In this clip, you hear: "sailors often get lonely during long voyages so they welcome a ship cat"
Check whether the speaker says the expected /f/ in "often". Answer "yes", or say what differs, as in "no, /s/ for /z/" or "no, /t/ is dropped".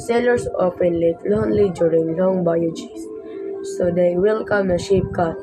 no, /p/ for /f/